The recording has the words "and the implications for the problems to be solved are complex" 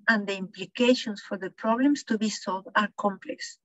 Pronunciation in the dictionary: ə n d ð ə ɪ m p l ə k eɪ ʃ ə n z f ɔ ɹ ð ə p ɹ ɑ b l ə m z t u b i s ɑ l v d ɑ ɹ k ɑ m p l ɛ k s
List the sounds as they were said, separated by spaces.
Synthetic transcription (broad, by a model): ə n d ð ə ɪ m p l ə k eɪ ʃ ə n s f ɔ ɹ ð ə p ɹ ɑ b l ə m s t u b i s ɑ l v d ɑ ɹ k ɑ m p l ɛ k s